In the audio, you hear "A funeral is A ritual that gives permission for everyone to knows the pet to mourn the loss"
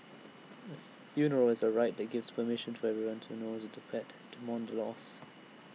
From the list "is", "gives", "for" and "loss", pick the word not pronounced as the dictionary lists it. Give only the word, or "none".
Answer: none